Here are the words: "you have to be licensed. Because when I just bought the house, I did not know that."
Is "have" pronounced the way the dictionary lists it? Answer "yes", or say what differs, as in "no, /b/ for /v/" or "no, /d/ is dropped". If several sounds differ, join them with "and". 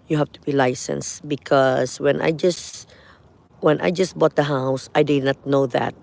no, /f/ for /v/